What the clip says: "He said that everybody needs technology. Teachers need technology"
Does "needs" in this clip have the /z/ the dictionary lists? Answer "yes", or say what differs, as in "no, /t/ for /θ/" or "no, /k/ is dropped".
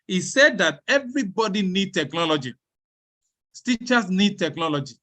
no, /z/ is dropped